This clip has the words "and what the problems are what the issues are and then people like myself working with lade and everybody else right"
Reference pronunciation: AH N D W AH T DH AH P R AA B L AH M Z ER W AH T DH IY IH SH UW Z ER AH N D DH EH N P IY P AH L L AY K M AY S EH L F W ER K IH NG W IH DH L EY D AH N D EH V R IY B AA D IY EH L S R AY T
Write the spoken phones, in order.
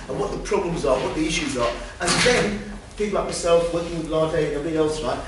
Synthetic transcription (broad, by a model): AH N W AH T DH AH P R AA B L AH M Z ER W AH T DH IY IH SH UW Z ER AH N DH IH N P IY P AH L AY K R S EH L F W ER K IH NG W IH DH L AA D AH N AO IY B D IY EH L S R AY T